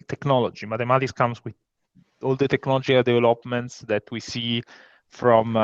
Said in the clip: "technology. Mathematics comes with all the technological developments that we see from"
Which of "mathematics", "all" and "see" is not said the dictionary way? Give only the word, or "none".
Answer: mathematics